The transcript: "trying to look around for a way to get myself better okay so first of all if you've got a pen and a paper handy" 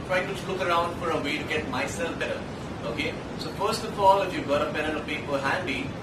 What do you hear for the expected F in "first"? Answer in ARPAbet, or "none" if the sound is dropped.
F